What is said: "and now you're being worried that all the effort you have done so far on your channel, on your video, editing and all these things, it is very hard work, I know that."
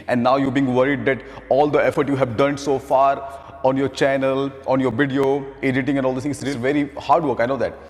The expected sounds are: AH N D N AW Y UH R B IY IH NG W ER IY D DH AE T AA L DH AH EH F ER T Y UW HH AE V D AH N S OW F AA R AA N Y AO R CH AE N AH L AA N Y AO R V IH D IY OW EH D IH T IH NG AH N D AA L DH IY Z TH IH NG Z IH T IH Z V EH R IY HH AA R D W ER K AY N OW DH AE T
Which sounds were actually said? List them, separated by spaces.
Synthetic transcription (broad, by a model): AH N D N AW Y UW B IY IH NG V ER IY D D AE T AA L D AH EH F ER T Y UW HH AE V D AH N S OW F AA R AA N Y AO R CH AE N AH L AA N Y AO R V IH D IY OW EH D IH T IH NG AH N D AA L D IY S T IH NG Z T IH V EH R IY HH AA R D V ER K AY N OW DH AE T